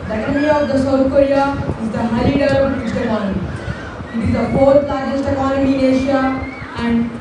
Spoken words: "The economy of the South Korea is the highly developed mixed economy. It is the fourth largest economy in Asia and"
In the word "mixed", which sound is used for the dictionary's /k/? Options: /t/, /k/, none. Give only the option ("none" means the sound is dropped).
none